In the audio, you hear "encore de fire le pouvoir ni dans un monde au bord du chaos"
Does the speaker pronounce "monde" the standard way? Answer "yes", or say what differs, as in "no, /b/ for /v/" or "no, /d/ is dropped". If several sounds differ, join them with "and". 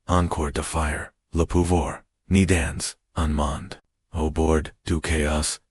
yes